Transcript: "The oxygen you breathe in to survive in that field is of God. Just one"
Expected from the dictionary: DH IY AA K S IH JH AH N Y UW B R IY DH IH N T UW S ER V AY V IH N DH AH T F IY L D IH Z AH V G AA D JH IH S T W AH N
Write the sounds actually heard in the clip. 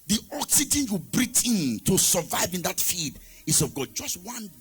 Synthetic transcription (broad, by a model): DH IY AA K S IH JH AH N Y UW B R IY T IH N T UW S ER V AY V IH N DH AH T F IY D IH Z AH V G AA D JH IH S T W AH N